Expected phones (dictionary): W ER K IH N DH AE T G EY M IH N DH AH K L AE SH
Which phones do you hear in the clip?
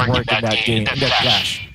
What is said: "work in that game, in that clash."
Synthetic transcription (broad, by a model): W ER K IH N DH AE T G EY IH N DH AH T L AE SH